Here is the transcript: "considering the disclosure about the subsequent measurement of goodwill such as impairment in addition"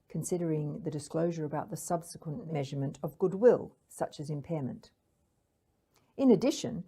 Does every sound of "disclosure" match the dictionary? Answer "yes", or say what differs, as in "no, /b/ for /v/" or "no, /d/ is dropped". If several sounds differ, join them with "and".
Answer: yes